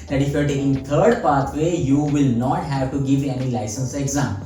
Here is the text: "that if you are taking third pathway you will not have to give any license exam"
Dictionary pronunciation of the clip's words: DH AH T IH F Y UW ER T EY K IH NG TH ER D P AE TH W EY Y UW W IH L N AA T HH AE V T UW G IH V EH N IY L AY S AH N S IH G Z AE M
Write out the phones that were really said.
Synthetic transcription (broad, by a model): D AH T IH F ER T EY IH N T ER D P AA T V EY Y UW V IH L N AA T HH AE V T UW G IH V EH N IY L AY S AH N S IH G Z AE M